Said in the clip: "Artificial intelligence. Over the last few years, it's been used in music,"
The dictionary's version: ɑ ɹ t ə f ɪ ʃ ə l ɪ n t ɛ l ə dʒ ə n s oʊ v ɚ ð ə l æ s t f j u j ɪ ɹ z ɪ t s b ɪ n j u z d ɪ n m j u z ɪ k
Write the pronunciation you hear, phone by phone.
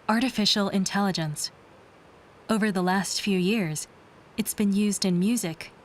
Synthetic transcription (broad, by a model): ɑ ɹ t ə f ɪ ʃ l ɪ n t ɛ l ə dʒ ə n s oʊ v ɚ ð ə l æ s t f j u j ɪ ɹ z ɪ t s b ɪ n j u z d ɪ n m j u z ɪ k